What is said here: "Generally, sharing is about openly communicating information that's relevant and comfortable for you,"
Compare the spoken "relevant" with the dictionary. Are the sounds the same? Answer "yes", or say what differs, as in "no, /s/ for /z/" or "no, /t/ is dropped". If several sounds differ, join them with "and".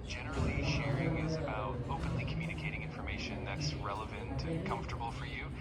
yes